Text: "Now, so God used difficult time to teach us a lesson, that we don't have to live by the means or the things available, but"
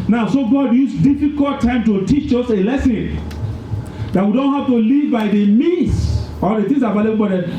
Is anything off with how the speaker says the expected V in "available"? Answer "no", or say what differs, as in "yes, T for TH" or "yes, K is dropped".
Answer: yes, B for V